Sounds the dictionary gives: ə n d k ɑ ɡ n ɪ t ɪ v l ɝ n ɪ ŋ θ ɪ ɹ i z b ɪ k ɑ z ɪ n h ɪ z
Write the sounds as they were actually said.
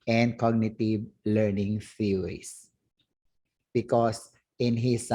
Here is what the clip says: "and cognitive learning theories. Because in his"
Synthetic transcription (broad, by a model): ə n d k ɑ ɡ n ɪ t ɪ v l ɝ n ɪ ŋ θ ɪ ɹ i s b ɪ k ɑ s ɪ n h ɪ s